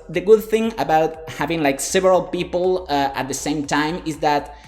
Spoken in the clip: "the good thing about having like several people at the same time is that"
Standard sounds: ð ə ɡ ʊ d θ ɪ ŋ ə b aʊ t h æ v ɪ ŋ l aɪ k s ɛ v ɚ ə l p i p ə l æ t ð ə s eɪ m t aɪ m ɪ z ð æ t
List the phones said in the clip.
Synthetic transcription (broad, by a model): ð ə ɡ ʊ d θ ɪ ŋ ə b aʊ t h æ v ɪ ŋ l aɪ k s ɛ v ɚ ə l p i p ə l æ t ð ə s eɪ m t aɪ m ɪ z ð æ t